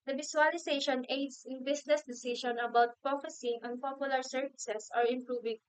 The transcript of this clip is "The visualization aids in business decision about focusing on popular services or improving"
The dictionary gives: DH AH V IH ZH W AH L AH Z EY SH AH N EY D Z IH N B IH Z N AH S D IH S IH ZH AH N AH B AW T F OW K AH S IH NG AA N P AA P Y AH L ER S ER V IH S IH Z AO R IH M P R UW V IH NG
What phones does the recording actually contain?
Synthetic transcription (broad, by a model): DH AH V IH S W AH L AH S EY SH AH N EY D S IH N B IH S N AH S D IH S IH SH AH N AH B AW T P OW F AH S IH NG AA N P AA P Y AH L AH S ER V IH S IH S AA R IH M P R UW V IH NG